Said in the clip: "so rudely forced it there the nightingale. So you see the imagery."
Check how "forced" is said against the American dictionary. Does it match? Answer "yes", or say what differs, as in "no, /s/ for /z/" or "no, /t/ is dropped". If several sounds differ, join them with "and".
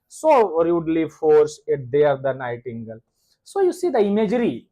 no, /t/ is dropped